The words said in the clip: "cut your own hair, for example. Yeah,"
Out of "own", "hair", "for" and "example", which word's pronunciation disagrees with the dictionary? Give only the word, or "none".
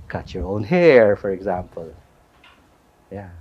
none